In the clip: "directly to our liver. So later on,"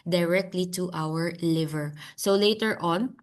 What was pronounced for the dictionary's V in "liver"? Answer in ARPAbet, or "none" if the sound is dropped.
V